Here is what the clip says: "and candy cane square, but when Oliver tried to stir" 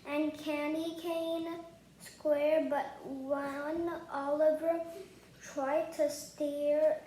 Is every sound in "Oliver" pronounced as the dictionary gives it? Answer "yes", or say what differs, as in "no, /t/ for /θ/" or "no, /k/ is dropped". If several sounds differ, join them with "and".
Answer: yes